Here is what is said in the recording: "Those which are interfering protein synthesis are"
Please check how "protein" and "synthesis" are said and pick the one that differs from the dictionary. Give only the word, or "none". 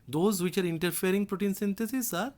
synthesis